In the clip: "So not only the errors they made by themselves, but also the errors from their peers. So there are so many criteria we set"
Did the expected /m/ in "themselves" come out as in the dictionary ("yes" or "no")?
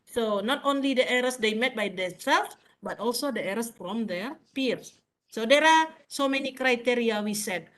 no